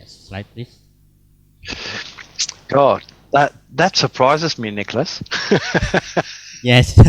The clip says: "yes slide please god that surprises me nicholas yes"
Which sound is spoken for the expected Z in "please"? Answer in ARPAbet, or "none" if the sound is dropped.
none